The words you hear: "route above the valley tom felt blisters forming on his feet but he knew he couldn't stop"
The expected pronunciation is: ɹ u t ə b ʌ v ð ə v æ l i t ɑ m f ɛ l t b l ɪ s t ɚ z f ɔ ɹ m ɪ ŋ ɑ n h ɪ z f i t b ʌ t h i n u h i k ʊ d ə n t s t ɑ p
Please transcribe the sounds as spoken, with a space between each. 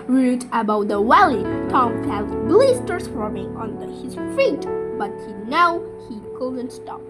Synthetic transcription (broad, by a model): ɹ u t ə b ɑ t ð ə w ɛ l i t ɑ m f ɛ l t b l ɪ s t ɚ s f ɔ ɹ m ɪ ŋ ɑ n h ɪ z f i t b ʌ t h i n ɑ h i k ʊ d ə n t s t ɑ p